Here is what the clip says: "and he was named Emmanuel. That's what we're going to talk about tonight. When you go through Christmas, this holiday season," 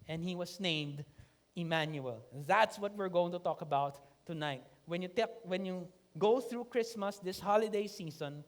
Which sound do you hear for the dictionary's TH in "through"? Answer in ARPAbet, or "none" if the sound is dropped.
TH